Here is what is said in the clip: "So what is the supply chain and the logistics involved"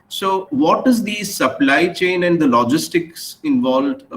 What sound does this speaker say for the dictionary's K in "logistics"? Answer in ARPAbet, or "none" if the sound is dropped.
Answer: K